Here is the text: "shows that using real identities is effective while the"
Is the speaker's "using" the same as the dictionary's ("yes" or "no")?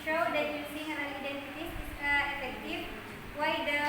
no